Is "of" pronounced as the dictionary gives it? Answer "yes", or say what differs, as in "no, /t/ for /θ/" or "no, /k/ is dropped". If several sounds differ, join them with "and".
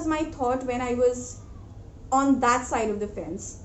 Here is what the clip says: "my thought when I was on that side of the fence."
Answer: yes